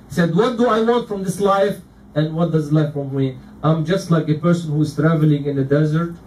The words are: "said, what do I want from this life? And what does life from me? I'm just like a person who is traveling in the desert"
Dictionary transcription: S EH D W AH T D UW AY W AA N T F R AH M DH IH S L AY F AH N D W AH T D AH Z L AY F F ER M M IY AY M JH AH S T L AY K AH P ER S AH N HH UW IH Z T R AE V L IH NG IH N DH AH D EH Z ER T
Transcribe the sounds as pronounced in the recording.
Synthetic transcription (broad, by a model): S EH D W AH T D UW AY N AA T F R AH M DH IH S L AY F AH N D W AH T D AH Z L AY F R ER M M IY AY M JH AH S T L AY K AH P ER S AH N HH UW IH Z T R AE V L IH NG IH N DH AH D EH Z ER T